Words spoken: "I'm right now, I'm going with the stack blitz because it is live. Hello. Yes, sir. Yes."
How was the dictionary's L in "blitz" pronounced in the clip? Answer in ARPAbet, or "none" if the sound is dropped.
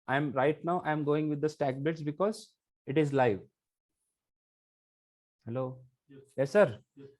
none